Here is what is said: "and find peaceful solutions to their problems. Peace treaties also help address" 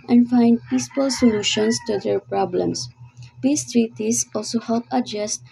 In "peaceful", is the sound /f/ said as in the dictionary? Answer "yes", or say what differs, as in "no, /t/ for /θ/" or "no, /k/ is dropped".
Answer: no, /p/ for /f/